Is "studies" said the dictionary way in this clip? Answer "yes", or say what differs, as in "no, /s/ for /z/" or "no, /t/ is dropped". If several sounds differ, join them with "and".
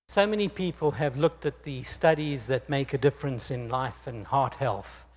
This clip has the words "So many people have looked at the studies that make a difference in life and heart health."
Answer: yes